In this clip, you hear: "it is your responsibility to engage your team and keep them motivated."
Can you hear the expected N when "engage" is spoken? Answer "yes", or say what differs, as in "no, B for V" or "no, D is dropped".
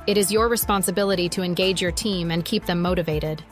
yes